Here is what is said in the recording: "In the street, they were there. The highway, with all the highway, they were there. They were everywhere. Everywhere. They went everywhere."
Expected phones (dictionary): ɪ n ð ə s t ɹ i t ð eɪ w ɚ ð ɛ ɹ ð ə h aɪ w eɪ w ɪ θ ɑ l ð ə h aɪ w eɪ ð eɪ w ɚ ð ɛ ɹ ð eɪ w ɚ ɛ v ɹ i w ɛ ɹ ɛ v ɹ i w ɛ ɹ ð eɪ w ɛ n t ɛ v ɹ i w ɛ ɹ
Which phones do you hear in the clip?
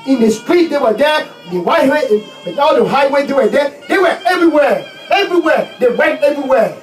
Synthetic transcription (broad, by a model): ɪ n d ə s t ɹ i t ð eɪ w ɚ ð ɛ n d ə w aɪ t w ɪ ɑ l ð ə h aɪ w eɪ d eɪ w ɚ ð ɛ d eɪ w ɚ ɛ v ɹ i w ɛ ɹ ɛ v ɹ i w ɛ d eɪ w ɛ n t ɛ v ɹ i w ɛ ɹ